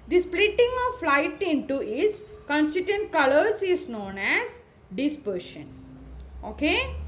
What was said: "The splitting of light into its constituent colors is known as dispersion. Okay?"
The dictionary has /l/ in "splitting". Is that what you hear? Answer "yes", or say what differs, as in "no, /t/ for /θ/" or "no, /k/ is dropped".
yes